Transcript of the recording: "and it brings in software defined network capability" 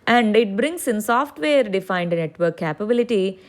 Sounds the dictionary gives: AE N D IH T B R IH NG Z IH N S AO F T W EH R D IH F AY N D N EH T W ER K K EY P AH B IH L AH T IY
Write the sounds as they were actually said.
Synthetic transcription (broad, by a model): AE N D IH T B R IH NG S IH N S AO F T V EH R D IH F AY N D N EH T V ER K K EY P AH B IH L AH T IY